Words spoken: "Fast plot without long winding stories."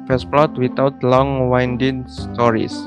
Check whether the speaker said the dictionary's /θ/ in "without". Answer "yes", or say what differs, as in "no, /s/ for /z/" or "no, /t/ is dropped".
no, /t/ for /θ/